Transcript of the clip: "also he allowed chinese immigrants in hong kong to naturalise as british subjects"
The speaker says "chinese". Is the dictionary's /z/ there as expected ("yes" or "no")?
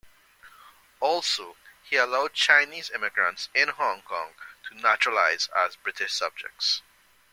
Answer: yes